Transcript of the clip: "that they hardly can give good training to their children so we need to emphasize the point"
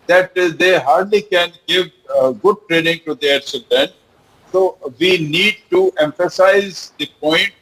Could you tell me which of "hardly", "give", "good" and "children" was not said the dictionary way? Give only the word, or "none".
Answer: children